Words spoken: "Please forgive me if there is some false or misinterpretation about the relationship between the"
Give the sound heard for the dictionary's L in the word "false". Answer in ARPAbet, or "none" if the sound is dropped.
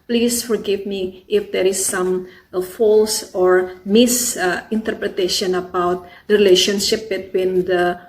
L